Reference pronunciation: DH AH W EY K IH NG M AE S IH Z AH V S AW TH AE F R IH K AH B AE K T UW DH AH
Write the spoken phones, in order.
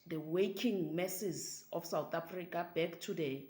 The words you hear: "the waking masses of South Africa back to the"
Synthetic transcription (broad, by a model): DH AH W EY K IH NG M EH S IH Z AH F S AW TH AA F R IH K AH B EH K T UW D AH